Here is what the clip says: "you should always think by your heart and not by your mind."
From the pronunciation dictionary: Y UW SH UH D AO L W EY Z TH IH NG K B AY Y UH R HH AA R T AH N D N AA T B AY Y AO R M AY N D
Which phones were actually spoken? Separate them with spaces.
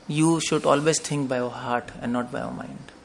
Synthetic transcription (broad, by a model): Y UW SH UH D AO L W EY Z T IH NG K B AY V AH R HH AA R T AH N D N AA T B AY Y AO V M AY N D